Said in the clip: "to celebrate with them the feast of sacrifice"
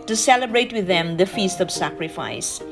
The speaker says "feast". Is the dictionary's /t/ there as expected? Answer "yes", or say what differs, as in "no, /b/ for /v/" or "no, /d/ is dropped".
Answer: yes